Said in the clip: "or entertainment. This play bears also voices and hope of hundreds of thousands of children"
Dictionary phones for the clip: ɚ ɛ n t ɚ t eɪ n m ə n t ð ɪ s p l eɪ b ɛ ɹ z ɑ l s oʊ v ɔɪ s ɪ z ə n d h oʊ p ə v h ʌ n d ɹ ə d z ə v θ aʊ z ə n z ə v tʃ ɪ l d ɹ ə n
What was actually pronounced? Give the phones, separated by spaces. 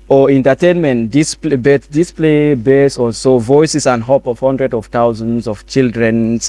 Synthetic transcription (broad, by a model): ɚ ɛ n t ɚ t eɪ n m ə n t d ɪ s p l eɪ b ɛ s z ɑ l s oʊ v ɔɪ s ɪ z ə n d h oʊ p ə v h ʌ n d ɹ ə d ə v t aʊ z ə n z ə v tʃ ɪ l d ɹ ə n